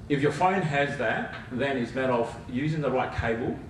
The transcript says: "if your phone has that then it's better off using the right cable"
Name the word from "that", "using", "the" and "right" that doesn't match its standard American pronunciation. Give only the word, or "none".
none